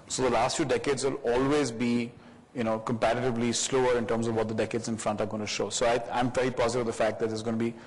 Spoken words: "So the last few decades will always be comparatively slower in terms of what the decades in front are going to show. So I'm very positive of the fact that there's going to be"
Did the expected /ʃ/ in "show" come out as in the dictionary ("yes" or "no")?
yes